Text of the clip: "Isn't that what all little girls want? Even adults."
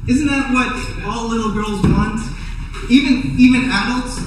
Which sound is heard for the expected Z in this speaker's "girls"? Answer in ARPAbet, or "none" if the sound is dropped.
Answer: Z